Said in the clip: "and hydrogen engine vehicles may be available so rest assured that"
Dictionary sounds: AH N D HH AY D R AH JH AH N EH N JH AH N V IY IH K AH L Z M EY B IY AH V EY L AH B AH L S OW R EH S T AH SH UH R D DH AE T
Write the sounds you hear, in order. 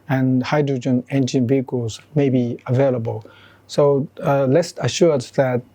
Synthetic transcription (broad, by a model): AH N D HH AY D R AH JH AH N EH N JH AH N B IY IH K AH Z M EY B IY AH V EY L AH B AH L S OW L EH S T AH SH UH R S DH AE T